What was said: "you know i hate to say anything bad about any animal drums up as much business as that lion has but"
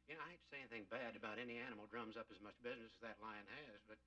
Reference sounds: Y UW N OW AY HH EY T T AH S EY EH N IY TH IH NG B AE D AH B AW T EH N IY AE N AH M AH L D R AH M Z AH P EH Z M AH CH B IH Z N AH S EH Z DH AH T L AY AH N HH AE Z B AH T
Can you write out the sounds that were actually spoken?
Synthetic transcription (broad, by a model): Y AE AY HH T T S EY EH N IY TH IH NG B AE D AH B AW T EH N IY AE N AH M L D R AH M Z AH P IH Z M AH CH B IH Z N AH S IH Z DH AH T L AY AH N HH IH Z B AH T